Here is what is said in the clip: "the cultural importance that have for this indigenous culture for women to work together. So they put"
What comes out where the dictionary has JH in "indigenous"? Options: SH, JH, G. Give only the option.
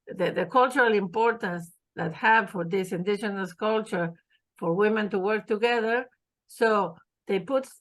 SH